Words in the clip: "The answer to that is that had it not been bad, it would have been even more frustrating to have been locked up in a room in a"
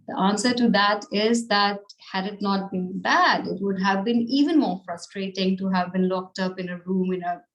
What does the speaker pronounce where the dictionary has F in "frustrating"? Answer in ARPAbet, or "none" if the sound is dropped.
F